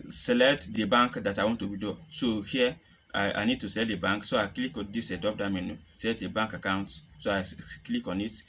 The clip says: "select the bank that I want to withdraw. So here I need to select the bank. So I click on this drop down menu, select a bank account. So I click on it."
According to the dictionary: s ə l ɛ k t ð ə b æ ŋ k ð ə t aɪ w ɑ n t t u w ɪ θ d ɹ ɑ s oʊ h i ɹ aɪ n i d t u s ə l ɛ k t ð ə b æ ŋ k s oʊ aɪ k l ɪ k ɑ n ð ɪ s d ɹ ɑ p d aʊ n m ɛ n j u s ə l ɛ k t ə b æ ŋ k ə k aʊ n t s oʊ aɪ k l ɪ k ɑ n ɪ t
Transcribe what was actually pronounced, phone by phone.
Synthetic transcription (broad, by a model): s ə l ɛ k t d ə b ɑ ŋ k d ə t aɪ w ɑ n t t u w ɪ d ɑ s oʊ h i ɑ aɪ n i d t u s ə l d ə b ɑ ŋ k s oʊ aɪ k l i k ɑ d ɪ s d ɑ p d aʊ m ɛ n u s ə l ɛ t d ə b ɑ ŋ k ə k aʊ n t s oʊ aɪ k l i k ɑ n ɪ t